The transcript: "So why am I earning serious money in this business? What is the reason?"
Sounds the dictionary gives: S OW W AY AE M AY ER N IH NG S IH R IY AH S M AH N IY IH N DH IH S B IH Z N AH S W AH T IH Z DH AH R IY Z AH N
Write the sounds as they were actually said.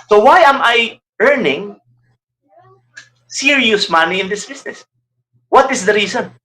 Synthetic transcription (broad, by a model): S OW W AY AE M AY ER N IH NG S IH R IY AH S M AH N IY IH N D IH S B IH S N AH S W AH T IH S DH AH R IY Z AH N